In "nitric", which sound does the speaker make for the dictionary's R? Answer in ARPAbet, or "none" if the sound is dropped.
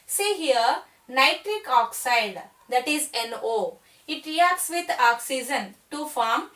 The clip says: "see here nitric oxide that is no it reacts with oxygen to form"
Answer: R